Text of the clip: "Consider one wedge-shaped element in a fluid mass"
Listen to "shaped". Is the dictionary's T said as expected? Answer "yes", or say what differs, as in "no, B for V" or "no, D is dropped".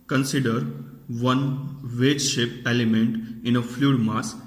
no, T is dropped